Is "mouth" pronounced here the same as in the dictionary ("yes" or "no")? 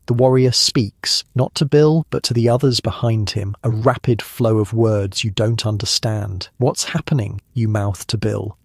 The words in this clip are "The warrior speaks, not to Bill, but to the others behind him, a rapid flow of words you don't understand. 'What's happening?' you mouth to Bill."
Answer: yes